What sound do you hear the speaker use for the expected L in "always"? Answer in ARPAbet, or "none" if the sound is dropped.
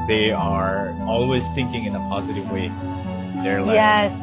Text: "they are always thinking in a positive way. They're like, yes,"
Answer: L